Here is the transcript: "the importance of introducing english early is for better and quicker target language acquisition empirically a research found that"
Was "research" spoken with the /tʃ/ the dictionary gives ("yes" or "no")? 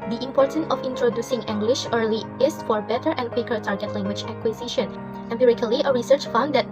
yes